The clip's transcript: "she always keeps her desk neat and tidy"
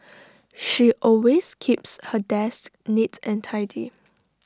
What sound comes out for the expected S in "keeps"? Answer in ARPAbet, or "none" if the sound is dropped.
S